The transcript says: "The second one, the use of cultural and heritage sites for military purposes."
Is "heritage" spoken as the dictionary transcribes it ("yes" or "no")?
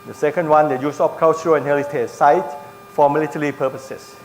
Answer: no